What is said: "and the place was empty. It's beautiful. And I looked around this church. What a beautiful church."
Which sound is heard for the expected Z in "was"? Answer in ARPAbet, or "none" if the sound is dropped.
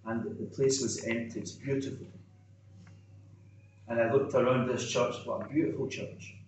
Z